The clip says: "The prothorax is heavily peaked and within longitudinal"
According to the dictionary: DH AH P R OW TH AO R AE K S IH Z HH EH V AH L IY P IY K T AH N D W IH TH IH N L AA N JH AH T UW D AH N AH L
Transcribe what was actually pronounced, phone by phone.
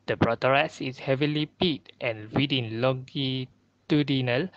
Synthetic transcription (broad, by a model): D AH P R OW T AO R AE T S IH S HH EH V AH L IY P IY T T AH N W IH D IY N L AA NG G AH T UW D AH N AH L